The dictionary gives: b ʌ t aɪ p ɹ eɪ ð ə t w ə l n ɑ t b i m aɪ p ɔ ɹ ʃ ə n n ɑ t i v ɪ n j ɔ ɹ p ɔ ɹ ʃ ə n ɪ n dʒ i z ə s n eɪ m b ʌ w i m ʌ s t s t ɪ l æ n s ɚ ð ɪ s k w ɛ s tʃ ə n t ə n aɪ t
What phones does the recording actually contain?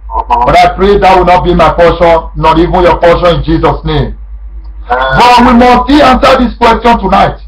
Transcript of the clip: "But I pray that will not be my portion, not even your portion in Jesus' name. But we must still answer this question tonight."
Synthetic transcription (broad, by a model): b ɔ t aɪ p ɹ eɪ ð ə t w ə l n ɑ t b i m aɪ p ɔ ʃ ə n n ɑ t i v ɪ n j ɔ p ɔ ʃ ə n ɪ n dʒ i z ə s n eɪ m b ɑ w i m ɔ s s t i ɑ n s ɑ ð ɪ s k w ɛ s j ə n t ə n aɪ t